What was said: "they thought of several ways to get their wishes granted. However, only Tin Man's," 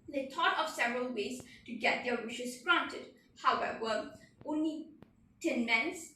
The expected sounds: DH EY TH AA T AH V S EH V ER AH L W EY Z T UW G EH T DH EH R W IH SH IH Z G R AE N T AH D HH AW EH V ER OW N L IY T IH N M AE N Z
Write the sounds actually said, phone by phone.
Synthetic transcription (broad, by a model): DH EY T AA T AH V S EH V ER AH L W EY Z T UW G EH T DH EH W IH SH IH S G R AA N T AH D HH AW EH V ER OW N L IY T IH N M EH N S